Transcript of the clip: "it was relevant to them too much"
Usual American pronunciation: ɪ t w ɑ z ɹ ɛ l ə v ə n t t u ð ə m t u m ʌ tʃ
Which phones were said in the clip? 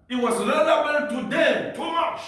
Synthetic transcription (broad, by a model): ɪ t w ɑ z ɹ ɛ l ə w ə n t t u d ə t u m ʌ tʃ